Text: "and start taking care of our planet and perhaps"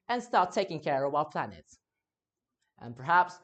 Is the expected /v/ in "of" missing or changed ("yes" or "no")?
yes